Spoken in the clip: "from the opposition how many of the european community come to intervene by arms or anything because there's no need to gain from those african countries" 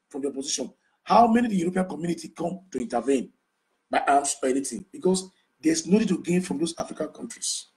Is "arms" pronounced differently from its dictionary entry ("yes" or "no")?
yes